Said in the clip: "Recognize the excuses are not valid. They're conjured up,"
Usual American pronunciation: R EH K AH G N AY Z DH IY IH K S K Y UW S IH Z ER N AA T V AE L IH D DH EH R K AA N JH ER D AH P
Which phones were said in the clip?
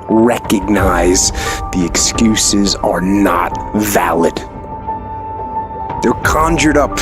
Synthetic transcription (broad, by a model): R EH K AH G N AY Z DH IY IH K S K Y UW S IH Z ER N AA T V AE L IH D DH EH R K AA N JH ER D AH P